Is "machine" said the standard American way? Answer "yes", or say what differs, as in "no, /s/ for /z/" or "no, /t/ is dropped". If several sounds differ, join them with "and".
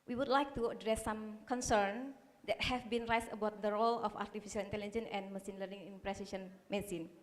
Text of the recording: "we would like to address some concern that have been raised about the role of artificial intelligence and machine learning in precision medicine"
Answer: no, /s/ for /ʃ/